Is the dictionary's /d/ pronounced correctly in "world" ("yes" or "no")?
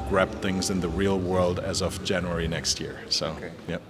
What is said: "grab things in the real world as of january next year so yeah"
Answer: yes